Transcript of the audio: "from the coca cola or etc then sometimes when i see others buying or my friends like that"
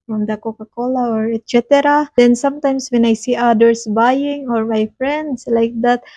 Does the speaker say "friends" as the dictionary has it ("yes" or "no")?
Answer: no